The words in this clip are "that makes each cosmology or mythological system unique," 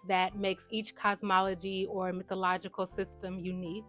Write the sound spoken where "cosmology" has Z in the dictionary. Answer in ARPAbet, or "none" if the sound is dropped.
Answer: Z